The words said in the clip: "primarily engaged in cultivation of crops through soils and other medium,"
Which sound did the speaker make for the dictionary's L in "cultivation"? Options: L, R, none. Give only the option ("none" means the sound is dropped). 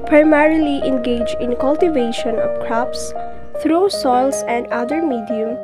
L